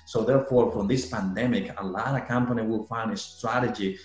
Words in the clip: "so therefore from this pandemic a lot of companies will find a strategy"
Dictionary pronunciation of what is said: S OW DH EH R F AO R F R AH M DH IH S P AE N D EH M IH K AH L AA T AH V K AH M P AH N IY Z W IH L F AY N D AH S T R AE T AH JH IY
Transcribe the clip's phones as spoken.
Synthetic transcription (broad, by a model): S OW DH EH R F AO R F R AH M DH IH S P AE N D EH M IH K AH L AA T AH K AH M P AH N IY W IH L F AY N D AH S T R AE T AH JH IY